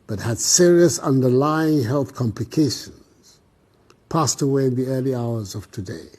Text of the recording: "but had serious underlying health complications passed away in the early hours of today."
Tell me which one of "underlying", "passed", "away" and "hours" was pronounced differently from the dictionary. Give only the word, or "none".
none